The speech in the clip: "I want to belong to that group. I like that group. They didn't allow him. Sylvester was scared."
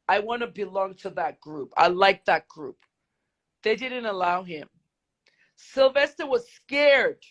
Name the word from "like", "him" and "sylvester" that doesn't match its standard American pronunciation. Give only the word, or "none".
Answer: none